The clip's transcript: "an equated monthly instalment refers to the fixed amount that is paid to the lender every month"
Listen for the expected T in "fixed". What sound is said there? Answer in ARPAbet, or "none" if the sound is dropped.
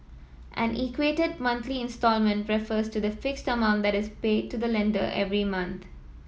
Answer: T